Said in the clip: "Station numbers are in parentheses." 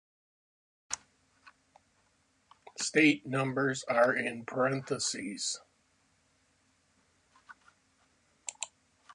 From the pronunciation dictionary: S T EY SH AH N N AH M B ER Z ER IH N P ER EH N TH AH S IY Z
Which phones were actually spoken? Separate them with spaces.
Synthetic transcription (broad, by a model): S T EY AH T N AH M B ER Z ER IH N P ER EH N TH AH S IY Z